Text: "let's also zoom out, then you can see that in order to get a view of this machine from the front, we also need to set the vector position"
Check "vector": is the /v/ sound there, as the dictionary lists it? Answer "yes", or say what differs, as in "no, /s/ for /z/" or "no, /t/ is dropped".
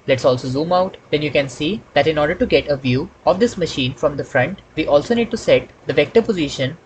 yes